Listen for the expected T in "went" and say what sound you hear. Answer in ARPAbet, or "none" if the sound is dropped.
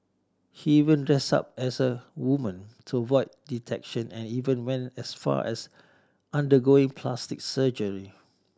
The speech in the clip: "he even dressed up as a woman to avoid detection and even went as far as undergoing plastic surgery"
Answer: none